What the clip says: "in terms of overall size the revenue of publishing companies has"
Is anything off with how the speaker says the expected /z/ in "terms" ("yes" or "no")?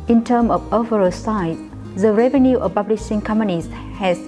yes